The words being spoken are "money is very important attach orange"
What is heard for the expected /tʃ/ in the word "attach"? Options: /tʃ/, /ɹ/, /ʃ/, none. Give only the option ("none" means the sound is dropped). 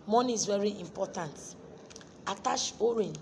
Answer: /ʃ/